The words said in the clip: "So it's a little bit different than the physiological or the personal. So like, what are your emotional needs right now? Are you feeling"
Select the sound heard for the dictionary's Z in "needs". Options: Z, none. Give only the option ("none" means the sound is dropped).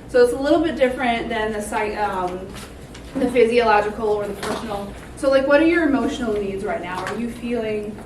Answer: Z